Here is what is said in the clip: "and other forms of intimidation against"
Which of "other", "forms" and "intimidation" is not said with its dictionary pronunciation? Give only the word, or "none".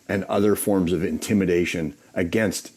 none